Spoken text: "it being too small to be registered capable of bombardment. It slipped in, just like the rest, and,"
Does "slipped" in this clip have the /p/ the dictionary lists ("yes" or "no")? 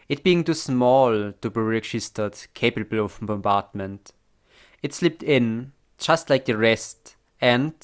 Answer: yes